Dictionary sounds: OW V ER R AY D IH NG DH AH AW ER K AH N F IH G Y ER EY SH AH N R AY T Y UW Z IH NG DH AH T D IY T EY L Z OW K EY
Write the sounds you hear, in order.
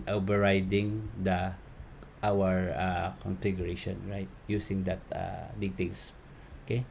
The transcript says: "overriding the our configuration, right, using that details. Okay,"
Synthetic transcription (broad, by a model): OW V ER R AY D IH NG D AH AW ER K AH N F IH G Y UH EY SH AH N R AY T Y UW S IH NG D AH T D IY T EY L S OW K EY